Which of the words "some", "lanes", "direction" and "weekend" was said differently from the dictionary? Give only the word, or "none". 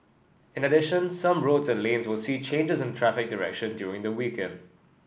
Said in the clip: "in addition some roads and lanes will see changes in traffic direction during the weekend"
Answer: none